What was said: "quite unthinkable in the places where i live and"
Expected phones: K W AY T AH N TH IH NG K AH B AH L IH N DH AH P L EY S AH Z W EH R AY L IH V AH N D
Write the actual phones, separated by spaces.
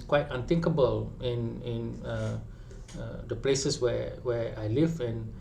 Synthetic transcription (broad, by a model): K W AY T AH N T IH NG K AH B AH L IH N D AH P L EY S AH S W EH W AY L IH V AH N